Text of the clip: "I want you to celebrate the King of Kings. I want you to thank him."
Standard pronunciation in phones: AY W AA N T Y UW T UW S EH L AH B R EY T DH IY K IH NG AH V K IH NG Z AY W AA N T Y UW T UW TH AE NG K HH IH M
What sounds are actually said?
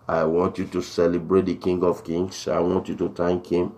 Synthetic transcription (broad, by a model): AY W AA N T Y UW T UW S EH L AH B R EY T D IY K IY NG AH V K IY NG S AY W AA N T Y UW T UW T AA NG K HH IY M